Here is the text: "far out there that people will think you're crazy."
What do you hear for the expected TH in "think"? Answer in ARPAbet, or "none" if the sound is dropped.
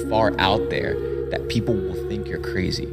TH